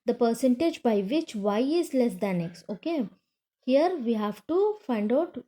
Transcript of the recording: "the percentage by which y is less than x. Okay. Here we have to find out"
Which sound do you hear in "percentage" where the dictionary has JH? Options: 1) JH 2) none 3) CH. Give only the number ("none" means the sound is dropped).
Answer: 1